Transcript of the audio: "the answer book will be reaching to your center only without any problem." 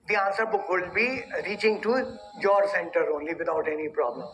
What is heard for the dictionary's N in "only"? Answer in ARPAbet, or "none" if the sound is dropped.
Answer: N